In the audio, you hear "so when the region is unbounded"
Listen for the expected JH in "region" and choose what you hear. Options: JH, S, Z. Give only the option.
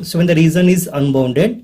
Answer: Z